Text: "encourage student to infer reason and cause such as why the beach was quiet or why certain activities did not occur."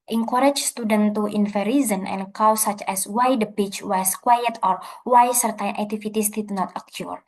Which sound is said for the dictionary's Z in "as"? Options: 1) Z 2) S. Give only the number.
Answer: 2